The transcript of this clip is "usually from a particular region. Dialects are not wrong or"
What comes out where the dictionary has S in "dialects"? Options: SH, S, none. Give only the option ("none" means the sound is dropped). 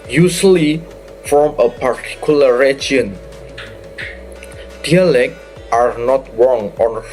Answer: none